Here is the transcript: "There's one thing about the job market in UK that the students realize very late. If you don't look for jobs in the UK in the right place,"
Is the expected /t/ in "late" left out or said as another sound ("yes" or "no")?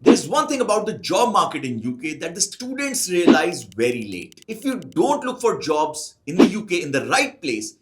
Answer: no